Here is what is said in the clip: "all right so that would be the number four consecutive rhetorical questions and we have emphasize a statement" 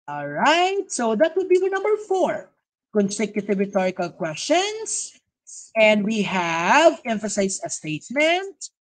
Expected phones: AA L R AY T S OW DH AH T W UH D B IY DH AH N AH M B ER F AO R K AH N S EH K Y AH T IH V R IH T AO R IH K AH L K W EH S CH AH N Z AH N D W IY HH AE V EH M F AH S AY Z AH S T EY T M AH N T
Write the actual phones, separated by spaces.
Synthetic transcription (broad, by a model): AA L R AY T S OW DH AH T W UH D B IY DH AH N AH M B ER F AO R K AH N S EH K Y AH T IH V R IH T AO R IH K AH L K W EH S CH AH N S AH N D W IY HH AE V EH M F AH S AY S AH S T EY T M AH N T